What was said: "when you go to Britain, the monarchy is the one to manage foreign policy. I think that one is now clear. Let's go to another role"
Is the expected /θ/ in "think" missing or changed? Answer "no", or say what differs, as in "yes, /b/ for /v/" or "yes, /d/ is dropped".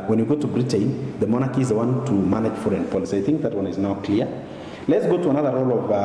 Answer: no